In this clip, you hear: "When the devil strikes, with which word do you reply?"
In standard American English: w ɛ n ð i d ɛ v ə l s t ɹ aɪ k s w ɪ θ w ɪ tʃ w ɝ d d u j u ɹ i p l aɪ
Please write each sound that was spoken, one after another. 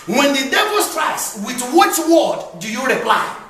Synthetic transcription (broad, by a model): w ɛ n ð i d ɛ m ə n s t ɹ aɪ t s w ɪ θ w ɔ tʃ w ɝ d d u j u ɹ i p l aɪ